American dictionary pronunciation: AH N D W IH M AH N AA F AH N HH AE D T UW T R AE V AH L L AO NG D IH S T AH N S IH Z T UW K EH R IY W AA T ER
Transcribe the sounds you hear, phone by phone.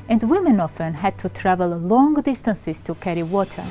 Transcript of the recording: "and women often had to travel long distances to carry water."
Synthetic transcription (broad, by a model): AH N D W IH M AH N AA F AH N HH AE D T UW T R AE V AH L L AO NG D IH S T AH N S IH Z T UW K EH R IY W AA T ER